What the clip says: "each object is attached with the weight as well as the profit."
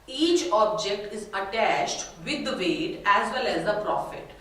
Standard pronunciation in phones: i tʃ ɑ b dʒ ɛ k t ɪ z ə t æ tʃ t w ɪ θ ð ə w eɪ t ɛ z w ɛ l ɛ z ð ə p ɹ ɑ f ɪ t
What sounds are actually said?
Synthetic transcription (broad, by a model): i tʃ ɑ b dʒ ɛ k t ɪ z ə t æ tʃ t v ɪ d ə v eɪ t ɛ z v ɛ l ɛ z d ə p ɹ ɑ f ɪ t